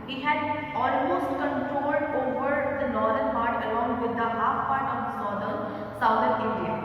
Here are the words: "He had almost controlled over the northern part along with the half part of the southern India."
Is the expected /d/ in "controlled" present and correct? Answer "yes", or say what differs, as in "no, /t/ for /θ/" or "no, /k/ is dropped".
yes